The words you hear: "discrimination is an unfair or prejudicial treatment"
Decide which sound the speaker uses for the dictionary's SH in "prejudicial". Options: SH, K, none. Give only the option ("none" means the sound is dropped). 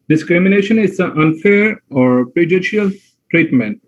none